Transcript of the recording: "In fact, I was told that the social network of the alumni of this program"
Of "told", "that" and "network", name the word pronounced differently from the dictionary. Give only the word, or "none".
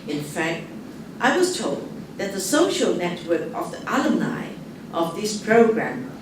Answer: none